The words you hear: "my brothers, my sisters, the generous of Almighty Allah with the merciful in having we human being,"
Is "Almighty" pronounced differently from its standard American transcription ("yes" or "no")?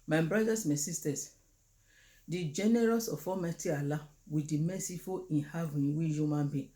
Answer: yes